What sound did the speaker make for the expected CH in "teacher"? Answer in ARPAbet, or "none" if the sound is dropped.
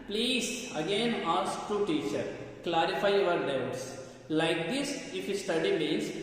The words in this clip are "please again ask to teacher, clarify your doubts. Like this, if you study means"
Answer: CH